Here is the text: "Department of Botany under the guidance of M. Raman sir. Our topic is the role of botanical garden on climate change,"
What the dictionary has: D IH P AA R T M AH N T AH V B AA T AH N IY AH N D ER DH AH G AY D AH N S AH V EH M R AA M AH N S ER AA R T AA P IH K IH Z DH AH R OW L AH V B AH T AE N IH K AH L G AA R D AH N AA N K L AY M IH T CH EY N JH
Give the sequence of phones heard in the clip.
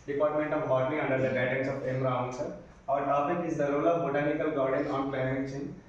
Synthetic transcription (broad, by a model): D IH P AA R T M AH N T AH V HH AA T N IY AH N D ER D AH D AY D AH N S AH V EH M R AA AH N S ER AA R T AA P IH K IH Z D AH R OW L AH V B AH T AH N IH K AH L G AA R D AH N AA N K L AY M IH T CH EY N